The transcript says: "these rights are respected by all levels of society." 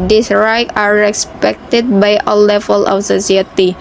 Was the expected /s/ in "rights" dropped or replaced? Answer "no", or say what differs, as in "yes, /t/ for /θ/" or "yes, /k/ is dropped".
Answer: yes, /s/ is dropped